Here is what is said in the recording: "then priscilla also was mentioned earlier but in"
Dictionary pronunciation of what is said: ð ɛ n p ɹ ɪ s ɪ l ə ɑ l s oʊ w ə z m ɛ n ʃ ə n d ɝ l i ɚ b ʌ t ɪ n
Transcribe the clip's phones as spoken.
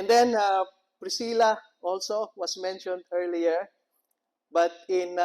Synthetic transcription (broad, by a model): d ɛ n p ɹ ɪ s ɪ l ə ɑ l s oʊ w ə s m ɛ n ʃ ə n d ɝ l i ɚ b ʌ t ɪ n